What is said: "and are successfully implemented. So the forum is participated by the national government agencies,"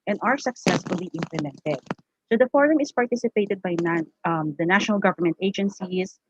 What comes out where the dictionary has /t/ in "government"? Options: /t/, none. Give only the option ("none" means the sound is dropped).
/t/